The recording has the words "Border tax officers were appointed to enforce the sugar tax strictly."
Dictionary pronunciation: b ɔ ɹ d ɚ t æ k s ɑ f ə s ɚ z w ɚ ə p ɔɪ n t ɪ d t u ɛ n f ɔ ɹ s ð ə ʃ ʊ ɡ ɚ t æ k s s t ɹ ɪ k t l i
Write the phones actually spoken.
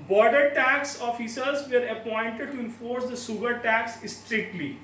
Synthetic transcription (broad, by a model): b ɔ ɹ d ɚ t æ k s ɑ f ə s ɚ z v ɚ ə p ɔɪ n t ɪ d t u ɛ n f ɔ ɹ s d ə s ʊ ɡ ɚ t æ k s s t ɹ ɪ k t l i